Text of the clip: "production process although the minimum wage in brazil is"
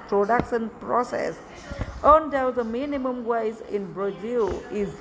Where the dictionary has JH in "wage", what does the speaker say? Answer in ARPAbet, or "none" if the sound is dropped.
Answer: Z